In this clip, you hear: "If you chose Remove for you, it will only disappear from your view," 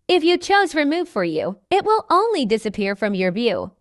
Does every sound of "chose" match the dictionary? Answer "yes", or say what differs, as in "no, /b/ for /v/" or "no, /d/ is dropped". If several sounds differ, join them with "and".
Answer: yes